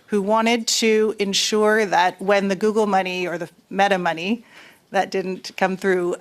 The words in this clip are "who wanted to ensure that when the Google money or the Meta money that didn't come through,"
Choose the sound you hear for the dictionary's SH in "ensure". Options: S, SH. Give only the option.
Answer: SH